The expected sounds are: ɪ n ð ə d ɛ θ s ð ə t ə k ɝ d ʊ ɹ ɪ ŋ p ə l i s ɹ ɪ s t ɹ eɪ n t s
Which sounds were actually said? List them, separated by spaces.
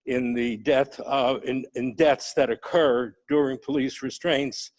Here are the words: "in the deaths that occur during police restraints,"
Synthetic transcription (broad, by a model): ɪ n ð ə d ɛ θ s ð ə t ə k ɝ d ʊ ɹ ɪ ŋ p ə l i s ɹ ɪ s t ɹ eɪ n t s